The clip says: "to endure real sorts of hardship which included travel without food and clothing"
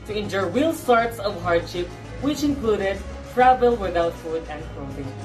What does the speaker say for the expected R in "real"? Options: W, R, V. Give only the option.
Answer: W